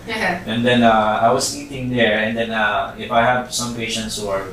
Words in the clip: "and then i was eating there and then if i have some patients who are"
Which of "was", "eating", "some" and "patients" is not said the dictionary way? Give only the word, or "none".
was